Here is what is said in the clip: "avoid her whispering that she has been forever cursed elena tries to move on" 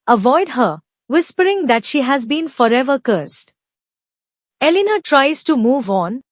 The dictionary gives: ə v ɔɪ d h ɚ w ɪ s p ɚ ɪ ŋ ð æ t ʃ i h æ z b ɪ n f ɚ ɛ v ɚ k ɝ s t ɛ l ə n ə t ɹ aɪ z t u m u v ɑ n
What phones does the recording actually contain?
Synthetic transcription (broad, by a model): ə v ɔɪ d h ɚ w ɪ s p ɚ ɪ ŋ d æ t ʃ i h æ z b ɪ n f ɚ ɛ v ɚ k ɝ s t ɛ l ə n ə t ɹ aɪ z t u m u v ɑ n